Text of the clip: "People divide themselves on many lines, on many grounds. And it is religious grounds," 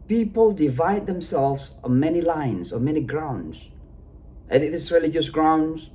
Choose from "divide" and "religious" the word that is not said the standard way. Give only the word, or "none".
none